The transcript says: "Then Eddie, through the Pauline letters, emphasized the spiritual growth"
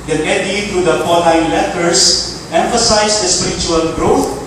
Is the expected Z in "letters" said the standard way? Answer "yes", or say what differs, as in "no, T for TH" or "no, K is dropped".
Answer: no, S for Z